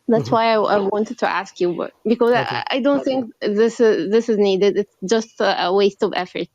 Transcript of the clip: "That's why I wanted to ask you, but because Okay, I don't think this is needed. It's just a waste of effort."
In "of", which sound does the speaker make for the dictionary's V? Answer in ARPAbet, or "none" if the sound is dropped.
V